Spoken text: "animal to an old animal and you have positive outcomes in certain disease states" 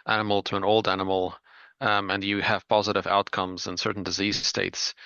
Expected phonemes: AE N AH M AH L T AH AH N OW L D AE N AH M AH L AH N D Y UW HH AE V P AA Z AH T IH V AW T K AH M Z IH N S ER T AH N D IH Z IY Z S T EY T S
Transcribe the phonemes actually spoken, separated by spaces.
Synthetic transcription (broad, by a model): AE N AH M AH L T AH AH N OW L D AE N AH M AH L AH N Y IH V P AA Z AH T IH V AW T K AH M Z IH N S ER T N D IH Z IY Z S T EY T S